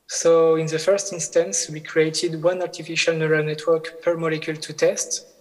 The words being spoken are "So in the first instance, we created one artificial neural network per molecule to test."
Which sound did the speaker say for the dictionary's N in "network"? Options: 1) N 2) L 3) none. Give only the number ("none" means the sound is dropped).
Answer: 1